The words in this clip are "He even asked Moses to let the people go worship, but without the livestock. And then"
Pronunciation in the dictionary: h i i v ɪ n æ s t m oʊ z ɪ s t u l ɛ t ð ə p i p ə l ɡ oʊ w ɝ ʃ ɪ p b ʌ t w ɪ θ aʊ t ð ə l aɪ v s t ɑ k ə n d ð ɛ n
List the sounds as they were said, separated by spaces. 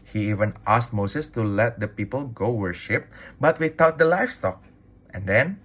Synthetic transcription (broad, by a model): h i i v ɪ n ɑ s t m oʊ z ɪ s t u l ɛ t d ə p i p ə l ɡ oʊ w ɝ ʃ ɪ p b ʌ t w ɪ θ aʊ t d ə l aɪ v s t ɑ k ə n d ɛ n